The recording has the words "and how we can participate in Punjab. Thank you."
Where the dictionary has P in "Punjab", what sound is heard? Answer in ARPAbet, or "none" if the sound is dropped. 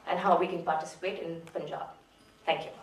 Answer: F